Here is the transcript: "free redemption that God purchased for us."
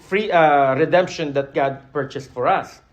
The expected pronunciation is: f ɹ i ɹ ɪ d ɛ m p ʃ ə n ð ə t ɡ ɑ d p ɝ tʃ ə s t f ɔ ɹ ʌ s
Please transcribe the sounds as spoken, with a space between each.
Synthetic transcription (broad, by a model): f ɹ i ɹ ɪ d ɛ m p ʃ ə n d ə t ɡ ɑ d p ɝ tʃ ə s t f ɔ ɹ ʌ s